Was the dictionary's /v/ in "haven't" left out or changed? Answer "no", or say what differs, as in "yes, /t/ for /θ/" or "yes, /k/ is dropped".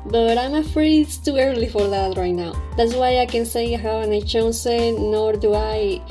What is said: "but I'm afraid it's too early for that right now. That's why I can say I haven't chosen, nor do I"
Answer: yes, /w/ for /v/